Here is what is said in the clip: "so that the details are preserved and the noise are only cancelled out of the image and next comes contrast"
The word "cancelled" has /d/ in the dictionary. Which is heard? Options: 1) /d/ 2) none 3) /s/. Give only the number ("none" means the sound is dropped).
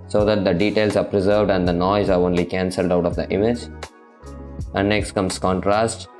1